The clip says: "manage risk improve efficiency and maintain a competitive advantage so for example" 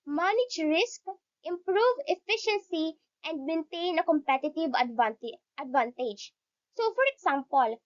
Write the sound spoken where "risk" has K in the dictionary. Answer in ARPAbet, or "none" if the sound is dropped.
K